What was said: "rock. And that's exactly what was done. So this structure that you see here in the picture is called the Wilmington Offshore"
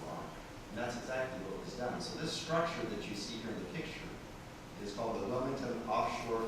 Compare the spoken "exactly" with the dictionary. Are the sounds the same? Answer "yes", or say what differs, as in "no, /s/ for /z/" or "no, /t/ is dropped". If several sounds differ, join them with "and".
yes